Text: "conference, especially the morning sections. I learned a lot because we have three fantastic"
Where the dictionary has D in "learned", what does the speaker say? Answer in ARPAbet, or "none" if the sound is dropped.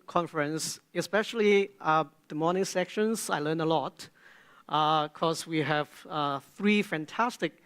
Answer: none